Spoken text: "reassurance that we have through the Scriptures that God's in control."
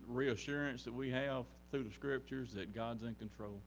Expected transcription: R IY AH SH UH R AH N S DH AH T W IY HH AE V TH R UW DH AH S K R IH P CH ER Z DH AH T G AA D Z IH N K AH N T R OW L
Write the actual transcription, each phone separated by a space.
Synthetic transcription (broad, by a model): R IY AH SH UH R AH N S DH AH T W IY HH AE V TH R UW DH AH S K R IH P CH ER Z DH AH T G AA D Z IH N K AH N T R OW L